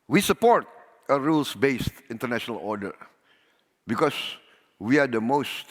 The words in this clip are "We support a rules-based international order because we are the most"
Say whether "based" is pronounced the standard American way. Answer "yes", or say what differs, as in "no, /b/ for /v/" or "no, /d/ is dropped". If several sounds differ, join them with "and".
yes